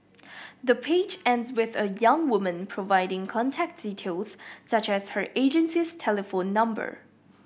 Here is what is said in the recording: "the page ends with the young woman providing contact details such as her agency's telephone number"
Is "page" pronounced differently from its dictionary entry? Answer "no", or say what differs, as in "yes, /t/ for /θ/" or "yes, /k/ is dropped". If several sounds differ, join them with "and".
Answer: no